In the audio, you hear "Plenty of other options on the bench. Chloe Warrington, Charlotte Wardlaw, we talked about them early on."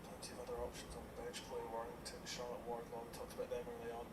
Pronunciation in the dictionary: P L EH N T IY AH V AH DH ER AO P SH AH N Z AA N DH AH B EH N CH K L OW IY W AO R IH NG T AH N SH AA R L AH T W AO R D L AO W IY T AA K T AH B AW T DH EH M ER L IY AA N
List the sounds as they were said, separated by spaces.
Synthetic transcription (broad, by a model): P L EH N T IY AH V AH DH ER AO P SH AH N Z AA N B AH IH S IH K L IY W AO R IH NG T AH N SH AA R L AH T W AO R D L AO T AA K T AH B AW T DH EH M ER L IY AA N